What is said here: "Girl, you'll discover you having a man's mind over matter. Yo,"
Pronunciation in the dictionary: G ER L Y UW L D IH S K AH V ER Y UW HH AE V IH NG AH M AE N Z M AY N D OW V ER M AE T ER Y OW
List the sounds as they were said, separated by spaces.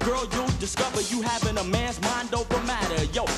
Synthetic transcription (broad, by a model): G ER L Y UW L D IH S K AH V ER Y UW HH AE V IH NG AH M AE N Z M AY N D OW V ER M AE T ER Y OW